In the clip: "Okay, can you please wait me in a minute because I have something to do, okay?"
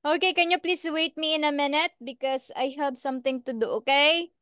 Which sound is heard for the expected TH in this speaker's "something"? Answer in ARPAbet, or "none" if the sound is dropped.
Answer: T